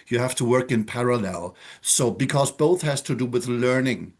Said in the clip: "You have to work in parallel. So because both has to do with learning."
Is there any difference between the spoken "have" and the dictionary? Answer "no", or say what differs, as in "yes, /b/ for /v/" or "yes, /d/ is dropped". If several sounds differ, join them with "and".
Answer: yes, /f/ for /v/